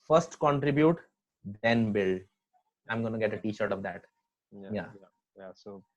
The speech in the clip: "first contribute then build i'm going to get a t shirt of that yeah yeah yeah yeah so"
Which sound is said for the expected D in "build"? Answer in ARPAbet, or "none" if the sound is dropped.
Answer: none